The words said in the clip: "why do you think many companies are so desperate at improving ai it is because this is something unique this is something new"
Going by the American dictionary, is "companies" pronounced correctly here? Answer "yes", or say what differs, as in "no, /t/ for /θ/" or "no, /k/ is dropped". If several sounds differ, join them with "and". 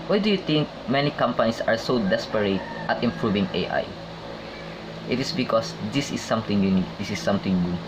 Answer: no, /s/ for /z/